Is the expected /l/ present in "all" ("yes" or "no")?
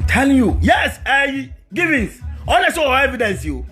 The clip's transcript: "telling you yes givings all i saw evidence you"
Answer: no